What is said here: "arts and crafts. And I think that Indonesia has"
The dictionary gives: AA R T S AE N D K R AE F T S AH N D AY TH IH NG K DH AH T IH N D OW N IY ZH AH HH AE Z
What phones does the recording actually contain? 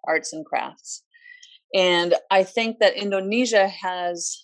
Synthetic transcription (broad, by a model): AA R T S N K R AE F T S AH N AY TH IH NG K DH AH T IH N D OW N IY ZH AH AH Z